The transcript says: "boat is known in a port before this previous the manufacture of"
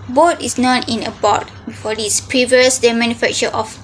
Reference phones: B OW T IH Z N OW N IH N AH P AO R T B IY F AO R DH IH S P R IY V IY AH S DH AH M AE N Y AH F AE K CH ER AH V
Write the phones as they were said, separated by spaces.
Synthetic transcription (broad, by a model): B OW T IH S N OW N IH N AH B AO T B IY F AO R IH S P R IY V IY AH S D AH M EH N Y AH F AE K CH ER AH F